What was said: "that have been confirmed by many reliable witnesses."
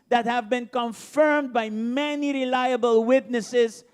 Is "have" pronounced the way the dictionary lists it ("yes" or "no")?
yes